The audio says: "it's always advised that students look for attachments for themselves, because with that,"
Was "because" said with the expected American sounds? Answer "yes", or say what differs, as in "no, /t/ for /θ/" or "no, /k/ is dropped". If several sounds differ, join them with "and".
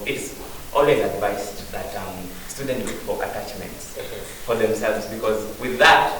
yes